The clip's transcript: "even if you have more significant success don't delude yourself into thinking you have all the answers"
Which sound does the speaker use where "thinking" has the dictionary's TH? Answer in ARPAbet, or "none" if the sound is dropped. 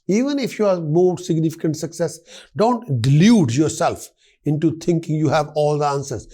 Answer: T